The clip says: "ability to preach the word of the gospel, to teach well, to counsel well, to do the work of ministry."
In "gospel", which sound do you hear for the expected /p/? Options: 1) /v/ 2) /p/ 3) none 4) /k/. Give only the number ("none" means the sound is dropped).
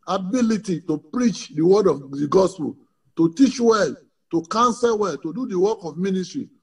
2